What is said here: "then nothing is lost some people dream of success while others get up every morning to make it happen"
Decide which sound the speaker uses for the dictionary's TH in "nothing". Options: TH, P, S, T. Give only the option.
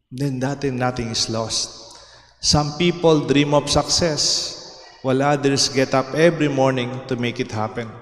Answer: T